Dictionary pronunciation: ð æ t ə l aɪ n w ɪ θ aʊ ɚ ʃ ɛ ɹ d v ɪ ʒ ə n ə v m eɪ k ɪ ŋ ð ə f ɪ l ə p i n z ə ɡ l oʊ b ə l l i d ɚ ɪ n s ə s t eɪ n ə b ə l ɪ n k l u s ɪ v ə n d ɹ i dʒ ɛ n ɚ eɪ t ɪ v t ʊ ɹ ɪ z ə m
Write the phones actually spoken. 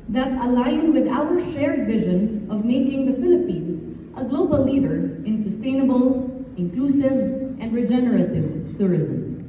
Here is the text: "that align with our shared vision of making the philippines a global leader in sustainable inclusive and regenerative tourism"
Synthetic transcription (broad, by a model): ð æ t ə l aɪ n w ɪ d aʊ ɚ ʃ ɛ ɹ d v ɪ ʒ ə n ə v m eɪ k ɪ ŋ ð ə f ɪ l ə p i n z ə ɡ l oʊ b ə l l i d ɚ ɪ n s ə s t eɪ n ə b ə l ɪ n k l u s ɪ v ə n d ɹ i dʒ ɛ n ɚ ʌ t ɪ v t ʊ ɹ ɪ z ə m